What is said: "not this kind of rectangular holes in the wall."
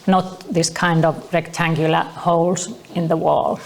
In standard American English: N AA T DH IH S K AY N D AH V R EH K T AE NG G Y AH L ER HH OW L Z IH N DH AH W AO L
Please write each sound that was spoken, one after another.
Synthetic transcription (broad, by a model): N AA T DH IH S K AY N D AH V R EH K T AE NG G Y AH L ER HH OW L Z IH N DH AH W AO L